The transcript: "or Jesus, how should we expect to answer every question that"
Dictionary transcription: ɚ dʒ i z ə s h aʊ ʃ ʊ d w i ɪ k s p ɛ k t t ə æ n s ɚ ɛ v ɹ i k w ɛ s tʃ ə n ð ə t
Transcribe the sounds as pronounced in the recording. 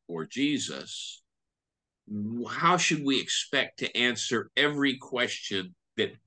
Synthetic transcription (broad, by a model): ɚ dʒ i z ə s h aʊ ʃ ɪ d w i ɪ k s p ɛ k t t æ n s ɚ ɛ v ɹ i k w ɛ s tʃ ə n ð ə t